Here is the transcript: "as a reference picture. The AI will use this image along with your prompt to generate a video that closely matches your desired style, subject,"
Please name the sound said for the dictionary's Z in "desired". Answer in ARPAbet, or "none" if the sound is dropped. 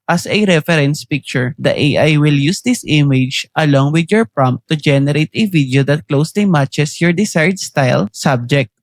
S